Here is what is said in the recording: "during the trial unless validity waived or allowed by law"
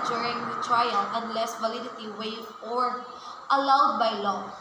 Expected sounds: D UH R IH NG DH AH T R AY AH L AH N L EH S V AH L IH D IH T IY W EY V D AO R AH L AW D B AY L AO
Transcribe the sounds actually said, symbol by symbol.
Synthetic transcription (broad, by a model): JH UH R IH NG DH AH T R AY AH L AH N L EH S V AH L IH D IH T IY W EY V AO R AH L AW D B AY L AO